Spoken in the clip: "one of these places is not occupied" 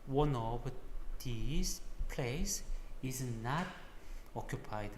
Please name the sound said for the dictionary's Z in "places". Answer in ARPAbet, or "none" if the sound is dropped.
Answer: S